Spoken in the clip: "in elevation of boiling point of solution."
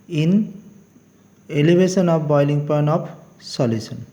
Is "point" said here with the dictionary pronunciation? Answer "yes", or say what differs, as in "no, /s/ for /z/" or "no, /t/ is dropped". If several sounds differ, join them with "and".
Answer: no, /t/ is dropped